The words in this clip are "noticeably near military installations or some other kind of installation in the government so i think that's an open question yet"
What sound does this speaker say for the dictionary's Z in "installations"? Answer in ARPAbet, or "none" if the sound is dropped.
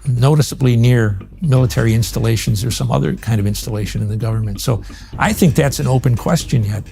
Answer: Z